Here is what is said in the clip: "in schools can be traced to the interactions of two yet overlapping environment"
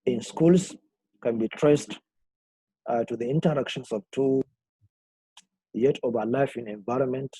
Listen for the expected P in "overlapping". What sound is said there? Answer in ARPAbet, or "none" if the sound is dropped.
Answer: F